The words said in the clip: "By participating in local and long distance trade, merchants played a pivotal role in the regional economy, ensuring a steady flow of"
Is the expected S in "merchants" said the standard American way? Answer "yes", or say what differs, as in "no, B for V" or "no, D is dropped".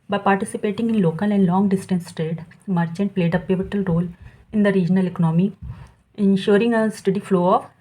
no, S is dropped